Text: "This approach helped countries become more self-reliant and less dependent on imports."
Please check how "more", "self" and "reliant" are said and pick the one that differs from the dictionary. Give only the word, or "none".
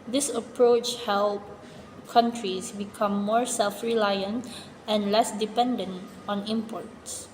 none